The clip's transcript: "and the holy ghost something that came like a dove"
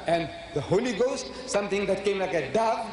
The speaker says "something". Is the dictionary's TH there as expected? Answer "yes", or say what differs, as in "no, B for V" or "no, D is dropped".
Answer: no, T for TH